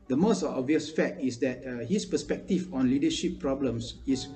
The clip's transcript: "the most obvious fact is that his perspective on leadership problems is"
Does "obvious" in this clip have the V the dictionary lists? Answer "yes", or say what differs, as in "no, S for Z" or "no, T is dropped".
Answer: yes